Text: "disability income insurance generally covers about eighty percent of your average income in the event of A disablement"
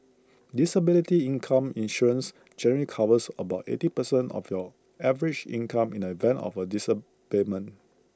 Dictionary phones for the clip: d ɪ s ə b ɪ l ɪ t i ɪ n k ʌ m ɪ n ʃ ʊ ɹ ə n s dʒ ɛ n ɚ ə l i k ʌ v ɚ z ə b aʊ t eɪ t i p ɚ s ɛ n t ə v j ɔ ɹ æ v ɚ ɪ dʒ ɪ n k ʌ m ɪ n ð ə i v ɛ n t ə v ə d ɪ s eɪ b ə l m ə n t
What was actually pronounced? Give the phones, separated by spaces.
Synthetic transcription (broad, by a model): d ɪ s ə b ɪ l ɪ t i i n k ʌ m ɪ n ʃ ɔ ɹ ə n s dʒ ɛ n ɚ ə l i k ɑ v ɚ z ə b aʊ t eɪ t i p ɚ s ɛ n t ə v j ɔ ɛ v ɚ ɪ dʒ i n k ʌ m ɪ n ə i v ɛ n t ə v ə d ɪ s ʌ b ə m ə n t